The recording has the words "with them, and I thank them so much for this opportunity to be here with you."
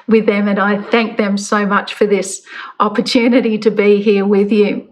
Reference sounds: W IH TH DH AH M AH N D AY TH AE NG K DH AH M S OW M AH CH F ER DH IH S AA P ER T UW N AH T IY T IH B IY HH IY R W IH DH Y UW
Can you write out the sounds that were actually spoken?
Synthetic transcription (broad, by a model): W IH DH AH M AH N AY TH AE NG K DH AH M S OW M AH CH F ER DH IH S AA P ER T UW N AH T IY T IH B IY HH IY R W IH DH Y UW